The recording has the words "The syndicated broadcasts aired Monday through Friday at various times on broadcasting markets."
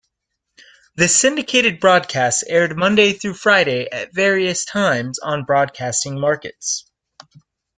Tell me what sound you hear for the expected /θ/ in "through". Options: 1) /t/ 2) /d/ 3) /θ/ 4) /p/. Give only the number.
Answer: 3